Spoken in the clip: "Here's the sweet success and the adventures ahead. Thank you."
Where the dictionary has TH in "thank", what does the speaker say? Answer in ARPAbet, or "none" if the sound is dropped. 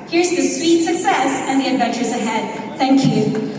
TH